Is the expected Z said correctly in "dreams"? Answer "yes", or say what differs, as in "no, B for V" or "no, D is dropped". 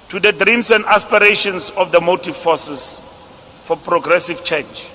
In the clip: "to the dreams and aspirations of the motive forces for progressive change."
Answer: no, S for Z